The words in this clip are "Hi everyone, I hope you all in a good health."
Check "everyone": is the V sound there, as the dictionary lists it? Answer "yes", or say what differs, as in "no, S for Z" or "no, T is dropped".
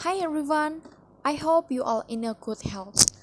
no, V is dropped